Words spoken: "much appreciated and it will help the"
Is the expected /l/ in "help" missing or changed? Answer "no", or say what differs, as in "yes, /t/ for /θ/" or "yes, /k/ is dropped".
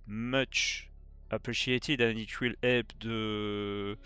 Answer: yes, /l/ is dropped